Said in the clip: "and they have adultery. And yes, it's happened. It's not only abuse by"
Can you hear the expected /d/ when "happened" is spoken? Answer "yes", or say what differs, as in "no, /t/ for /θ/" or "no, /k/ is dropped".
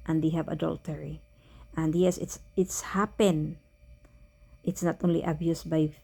no, /d/ is dropped